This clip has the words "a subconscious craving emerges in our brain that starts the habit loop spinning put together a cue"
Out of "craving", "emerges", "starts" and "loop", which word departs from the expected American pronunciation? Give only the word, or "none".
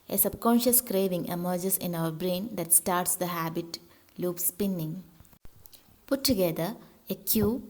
emerges